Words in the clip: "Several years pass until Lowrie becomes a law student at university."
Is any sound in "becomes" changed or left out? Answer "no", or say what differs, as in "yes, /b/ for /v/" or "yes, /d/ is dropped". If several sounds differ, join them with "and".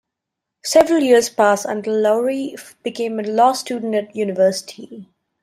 yes, /z/ is dropped